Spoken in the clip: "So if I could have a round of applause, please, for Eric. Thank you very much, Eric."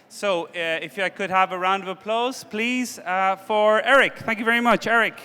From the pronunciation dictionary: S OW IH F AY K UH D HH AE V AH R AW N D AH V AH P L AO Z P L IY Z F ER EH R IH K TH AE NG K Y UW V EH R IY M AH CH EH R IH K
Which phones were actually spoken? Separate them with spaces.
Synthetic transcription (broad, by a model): S OW IH F AY K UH D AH V AH R AW N D AH V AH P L AO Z P L IY Z F ER EH R IH K TH AE NG K Y UW V EH R IY M AH CH EH R IH K